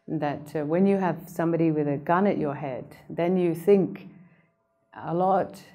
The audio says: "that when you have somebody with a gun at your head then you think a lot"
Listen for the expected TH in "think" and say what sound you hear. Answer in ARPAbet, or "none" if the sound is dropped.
TH